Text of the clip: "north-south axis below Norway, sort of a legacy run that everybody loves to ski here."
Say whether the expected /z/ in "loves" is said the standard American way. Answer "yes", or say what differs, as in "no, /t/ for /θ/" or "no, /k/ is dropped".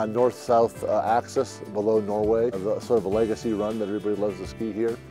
yes